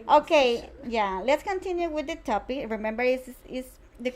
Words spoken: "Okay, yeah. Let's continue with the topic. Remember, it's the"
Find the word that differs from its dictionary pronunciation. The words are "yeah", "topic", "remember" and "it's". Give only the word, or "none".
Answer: it's